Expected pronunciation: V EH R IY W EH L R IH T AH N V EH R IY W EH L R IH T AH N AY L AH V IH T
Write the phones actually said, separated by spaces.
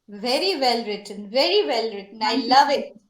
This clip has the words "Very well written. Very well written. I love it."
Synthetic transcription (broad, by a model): V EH R IY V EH L R IH T AH N V EH R IY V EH L R IH T AH N AY L AH V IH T